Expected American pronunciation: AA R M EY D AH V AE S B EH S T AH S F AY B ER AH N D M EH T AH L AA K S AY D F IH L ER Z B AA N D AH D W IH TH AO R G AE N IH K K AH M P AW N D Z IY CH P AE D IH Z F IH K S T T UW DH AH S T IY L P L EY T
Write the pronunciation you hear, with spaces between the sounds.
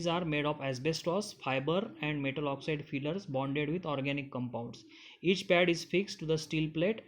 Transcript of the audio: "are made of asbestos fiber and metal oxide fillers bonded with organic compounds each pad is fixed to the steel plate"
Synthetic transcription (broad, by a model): AA R M EY D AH P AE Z B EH S T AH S F AY B ER AH N D M EH T AH L AA K S AY D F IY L ER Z B AA N D AH D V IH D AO R G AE N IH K K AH M P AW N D S IY CH P AE D IH Z F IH K S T T UW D AH S T IY L P L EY T